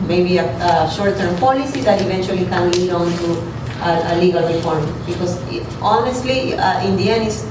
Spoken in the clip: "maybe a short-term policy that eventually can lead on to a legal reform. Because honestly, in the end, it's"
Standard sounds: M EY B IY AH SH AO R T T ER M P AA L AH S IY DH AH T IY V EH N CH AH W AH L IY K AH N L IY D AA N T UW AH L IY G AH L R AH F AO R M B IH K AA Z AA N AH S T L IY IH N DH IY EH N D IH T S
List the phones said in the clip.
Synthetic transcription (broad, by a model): M EY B IY AH SH AO R T T ER M P AA L AH S IY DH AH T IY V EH N CH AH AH L IY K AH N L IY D AA N T UW AH L IY G AH L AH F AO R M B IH K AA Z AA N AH S T L IY IH N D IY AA N IH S